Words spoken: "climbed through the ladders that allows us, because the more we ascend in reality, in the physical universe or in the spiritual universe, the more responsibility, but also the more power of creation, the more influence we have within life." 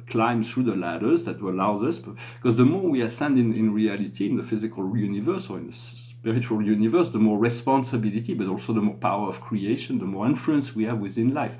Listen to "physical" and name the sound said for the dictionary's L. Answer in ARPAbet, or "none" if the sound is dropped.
L